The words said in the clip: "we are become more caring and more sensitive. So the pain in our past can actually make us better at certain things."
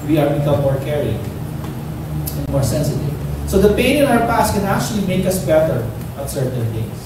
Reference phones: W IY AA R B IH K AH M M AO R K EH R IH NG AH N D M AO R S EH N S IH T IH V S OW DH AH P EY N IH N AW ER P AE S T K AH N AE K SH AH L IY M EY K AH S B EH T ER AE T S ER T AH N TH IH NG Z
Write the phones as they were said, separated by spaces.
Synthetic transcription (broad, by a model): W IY AA R B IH K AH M M AO R K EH R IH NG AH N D M AO R S EH N S IH T IH V S OW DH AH P EY N IH N AW ER P AE S T K AH N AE K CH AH L IY M EY K AH S B EH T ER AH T S ER T AH N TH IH NG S